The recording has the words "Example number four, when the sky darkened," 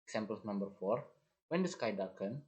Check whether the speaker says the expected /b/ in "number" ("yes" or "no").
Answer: yes